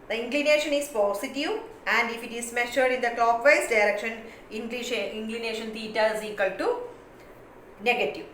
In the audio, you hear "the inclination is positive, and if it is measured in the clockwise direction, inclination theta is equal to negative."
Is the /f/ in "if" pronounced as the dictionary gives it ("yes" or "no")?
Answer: yes